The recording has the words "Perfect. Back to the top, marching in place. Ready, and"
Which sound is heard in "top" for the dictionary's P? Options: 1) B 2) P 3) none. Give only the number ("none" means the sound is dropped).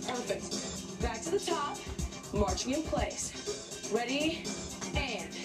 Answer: 2